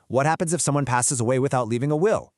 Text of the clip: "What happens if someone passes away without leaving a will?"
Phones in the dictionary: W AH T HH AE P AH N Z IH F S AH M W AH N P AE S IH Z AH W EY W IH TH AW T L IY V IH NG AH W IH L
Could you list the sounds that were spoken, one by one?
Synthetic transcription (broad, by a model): W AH T HH AE P AH N Z IH F S AH M W AH N P AE S IH Z AH W EY W IH TH AW T L IY V IH NG AH W IH L